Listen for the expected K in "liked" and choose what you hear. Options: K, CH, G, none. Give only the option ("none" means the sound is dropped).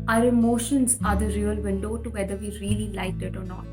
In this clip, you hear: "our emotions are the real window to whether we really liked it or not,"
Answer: none